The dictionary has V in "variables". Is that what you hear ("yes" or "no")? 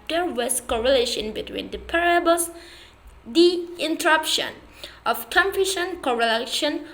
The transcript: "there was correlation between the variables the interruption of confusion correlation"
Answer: no